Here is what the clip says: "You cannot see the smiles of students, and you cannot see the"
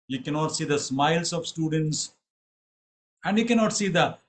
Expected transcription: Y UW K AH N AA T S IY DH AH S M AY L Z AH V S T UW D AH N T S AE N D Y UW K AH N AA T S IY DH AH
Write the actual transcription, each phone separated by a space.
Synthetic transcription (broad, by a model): Y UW K AH N AA T S IY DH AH S M AY L S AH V S T UW D AH N T S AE N D Y UW K AH N AA T S IY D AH